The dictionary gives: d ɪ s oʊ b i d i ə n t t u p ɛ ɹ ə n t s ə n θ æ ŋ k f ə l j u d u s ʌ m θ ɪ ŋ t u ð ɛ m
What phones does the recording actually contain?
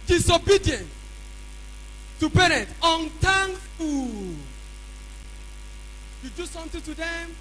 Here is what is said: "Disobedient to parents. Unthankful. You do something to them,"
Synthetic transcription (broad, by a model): d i s oʊ b i d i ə n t t u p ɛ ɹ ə n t ə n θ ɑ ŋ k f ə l j u d u s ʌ m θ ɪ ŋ t u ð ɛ m